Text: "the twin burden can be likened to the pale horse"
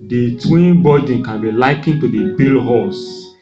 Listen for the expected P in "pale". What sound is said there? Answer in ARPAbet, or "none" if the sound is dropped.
B